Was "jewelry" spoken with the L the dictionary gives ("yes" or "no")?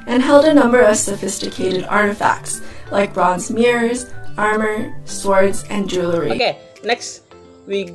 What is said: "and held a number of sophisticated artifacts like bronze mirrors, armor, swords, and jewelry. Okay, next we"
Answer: yes